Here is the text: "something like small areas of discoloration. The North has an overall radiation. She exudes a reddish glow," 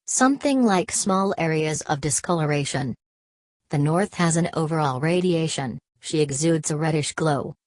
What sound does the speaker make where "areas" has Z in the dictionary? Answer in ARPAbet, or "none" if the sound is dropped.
Z